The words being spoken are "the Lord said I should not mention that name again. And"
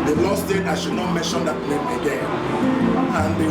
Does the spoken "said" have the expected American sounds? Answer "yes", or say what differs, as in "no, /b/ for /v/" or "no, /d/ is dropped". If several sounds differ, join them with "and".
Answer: no, /d/ is dropped